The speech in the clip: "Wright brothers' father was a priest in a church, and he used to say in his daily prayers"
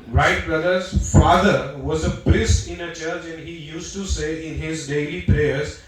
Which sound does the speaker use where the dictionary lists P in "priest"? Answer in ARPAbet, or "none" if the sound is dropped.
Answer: B